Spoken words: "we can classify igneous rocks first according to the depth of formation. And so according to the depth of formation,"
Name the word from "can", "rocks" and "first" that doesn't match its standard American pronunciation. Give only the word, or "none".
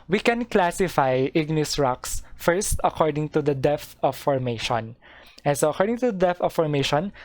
none